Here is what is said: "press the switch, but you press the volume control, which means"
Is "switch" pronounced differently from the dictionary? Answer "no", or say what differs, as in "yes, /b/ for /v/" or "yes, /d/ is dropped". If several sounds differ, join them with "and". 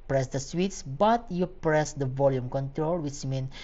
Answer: yes, /s/ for /tʃ/